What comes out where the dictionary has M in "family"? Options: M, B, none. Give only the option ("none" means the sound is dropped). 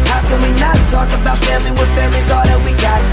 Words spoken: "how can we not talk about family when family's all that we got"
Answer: none